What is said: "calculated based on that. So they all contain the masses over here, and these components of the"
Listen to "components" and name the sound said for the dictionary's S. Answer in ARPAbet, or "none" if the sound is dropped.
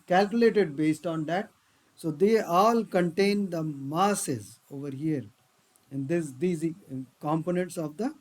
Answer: S